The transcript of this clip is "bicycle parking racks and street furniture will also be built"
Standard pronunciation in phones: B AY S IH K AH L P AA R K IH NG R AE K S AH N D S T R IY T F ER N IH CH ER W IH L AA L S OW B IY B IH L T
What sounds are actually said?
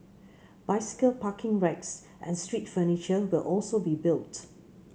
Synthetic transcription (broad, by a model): B AY S IH K AH L P AA K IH NG R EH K S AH N S T R IY T F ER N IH CH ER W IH L AA L S OW B IY B IH L T